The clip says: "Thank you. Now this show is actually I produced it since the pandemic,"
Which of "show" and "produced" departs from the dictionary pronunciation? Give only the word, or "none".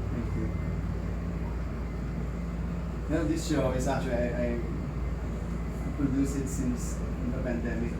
produced